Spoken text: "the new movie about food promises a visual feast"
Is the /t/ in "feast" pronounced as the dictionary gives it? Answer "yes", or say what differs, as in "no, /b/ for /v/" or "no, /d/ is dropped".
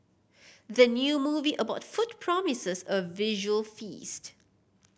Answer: yes